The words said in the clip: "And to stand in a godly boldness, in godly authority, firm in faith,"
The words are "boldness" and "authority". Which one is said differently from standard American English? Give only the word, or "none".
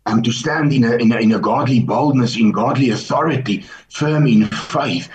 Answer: none